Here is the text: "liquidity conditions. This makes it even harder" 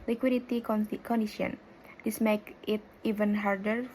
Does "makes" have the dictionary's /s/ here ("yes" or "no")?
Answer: no